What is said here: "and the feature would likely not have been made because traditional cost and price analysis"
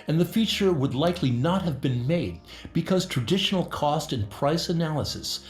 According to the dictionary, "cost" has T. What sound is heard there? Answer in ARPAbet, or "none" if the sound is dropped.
T